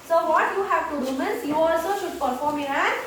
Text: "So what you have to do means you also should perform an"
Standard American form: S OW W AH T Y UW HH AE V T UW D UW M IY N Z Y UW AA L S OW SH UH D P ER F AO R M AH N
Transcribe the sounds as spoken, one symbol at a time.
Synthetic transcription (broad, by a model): S OW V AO T Y UW HH AE V T UW D UW M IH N S Y UW AA L S OW SH UH D P ER F AO R M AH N